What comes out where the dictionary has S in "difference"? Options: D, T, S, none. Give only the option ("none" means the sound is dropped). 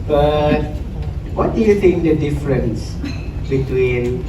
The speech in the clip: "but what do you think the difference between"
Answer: S